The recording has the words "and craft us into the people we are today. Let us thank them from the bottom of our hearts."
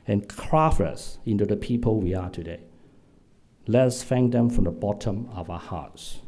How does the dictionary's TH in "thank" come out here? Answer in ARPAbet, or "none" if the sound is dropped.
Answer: F